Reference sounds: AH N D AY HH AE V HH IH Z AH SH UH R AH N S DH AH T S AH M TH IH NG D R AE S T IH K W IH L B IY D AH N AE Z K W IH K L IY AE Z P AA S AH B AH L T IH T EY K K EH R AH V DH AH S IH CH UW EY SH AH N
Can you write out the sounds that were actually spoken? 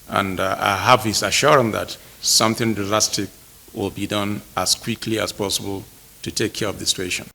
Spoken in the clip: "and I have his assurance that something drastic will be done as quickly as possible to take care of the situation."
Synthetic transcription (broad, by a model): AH N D AY HH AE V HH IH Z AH SH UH R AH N DH AH T S AH M TH IH NG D L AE S T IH K W IH L B IY D AH N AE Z K W IH K L IY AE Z P AA S AH B AH L T IH T EY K K EH R AH V DH AH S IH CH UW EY SH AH N